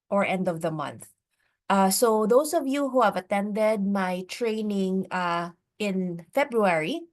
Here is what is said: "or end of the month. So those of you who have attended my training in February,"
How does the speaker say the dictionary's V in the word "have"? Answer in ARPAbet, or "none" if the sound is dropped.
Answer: V